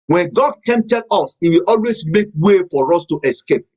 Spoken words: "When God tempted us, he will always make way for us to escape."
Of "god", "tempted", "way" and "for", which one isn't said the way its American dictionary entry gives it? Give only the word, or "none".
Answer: tempted